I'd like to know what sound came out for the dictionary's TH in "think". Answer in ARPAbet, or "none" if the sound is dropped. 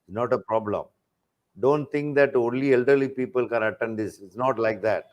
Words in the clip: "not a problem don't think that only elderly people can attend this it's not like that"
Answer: T